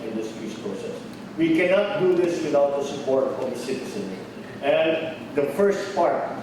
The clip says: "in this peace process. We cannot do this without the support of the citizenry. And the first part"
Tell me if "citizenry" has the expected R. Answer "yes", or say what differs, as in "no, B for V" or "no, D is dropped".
no, R is dropped